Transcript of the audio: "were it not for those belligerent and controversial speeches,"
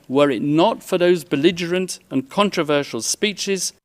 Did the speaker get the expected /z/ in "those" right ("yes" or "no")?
yes